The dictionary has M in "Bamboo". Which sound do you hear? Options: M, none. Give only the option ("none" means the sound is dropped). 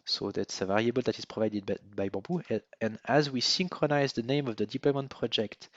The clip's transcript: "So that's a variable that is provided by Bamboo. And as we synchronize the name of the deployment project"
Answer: none